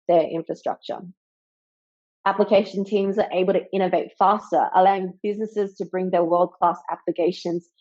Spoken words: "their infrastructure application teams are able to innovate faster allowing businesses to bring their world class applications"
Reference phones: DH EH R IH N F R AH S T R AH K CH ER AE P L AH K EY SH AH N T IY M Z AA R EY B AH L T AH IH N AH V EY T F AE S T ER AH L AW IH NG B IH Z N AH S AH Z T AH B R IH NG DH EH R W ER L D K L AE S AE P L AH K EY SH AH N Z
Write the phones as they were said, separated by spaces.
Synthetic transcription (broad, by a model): DH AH R IH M F R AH S T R AH K CH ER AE P L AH K EY SH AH N T IY M Z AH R EY B AH L T AH IH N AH V EY T F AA S T ER AH L AW IH NG B IH Z N AH S AH Z T AH B R IH NG DH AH W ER L D K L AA S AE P L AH K EY SH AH N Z